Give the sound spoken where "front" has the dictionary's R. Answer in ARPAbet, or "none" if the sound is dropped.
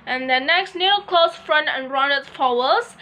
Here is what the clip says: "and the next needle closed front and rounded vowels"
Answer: R